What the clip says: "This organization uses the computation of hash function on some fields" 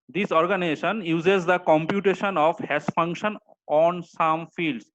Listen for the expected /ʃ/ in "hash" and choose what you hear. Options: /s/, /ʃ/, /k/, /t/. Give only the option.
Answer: /s/